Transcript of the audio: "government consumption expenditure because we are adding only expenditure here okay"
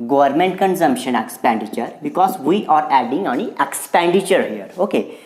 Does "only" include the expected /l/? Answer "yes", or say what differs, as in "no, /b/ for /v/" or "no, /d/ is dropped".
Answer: no, /l/ is dropped